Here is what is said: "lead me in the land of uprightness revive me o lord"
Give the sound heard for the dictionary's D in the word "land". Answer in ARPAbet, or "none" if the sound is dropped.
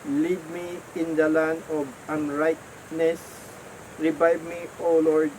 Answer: none